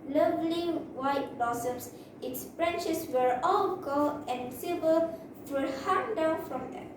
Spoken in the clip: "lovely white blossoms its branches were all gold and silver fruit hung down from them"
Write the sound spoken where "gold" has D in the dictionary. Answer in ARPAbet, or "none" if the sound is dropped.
none